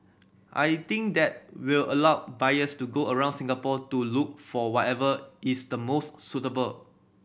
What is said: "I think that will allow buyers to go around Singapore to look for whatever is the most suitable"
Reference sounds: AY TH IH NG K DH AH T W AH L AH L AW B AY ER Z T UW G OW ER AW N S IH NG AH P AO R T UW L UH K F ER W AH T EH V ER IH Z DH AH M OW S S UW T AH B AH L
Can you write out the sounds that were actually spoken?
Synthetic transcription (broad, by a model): AY T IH NG K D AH T W AH L AH L AW B AY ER S T UW G OW ER AW N S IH NG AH P AO T UW L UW K F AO W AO T EH V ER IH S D AH M OW S S UW T AH B AH L